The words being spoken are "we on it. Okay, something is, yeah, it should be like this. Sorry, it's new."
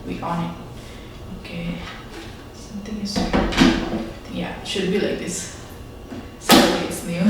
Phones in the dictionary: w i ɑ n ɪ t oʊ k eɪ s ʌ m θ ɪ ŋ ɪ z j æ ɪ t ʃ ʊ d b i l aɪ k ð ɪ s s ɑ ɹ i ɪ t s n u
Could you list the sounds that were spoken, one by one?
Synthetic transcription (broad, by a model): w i ɑ n ɪ t oʊ k eɪ s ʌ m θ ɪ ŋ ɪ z j æ ɪ t ʃ ʊ d b i l aɪ k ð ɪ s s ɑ i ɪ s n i